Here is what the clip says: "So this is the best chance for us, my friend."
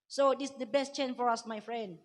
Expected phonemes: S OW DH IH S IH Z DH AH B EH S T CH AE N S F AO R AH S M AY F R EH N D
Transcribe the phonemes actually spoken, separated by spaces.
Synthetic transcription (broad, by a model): S OW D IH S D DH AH B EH S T CH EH N F AO R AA S M AY F R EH N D